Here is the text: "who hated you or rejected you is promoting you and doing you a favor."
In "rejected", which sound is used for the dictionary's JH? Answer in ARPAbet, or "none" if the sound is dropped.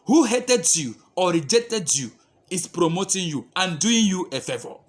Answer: JH